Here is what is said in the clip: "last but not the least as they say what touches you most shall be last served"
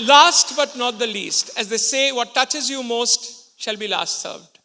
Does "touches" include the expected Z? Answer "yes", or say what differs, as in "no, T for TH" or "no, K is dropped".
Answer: yes